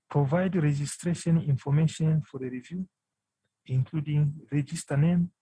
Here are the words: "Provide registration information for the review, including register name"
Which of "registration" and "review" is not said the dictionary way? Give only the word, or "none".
none